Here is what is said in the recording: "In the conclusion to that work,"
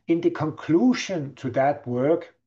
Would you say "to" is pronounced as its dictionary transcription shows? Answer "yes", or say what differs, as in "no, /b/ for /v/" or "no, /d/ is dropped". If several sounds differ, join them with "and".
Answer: yes